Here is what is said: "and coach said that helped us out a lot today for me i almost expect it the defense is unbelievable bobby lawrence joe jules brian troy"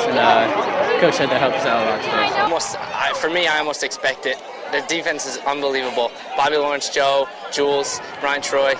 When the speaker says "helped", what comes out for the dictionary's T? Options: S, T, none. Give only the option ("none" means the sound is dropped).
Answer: none